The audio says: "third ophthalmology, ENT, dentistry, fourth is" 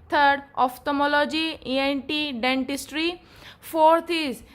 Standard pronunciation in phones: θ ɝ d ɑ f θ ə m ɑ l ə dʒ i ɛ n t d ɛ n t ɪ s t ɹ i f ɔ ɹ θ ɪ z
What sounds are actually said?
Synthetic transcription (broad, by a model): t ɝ d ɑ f t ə m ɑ l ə dʒ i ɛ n t d ɛ n t ɪ s t ɹ i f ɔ ɹ t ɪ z